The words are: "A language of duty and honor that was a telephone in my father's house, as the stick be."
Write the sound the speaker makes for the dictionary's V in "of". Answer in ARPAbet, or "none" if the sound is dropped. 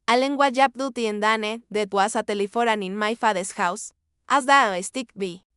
P